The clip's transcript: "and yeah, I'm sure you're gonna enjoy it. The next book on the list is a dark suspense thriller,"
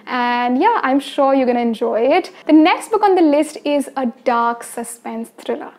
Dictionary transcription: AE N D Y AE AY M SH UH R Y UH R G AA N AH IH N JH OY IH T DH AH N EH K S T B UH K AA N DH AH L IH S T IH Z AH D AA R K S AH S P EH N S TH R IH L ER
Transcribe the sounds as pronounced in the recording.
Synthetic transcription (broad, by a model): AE N D Y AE AY M SH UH R Y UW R G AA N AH IH N JH OY IH T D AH N EH K S T B UH K AA N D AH L IH S T IH Z AH D AA R K S AH S P EH N S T R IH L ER